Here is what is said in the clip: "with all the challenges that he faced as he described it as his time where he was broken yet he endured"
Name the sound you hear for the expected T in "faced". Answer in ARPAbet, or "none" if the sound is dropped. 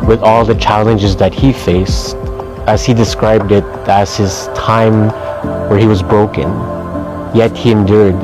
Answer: T